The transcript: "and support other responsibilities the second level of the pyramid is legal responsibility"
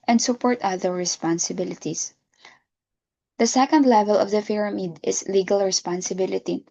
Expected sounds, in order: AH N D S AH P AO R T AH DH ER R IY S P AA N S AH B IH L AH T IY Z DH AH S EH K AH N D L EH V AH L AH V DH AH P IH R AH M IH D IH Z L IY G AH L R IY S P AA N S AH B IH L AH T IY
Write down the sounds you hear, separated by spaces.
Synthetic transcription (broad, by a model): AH N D S AH P AO R T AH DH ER R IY S P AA N S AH B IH L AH T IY S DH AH S EH K AH N D L EH V AH L AH V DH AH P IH R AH M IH D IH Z L IY G AH L R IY S P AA N S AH B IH L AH T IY